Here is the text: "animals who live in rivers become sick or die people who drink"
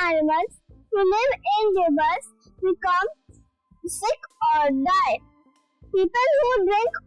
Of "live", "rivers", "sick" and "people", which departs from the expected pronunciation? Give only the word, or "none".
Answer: rivers